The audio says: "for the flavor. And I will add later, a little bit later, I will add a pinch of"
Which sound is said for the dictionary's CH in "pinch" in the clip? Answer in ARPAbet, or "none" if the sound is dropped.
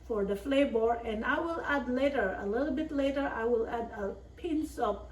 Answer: S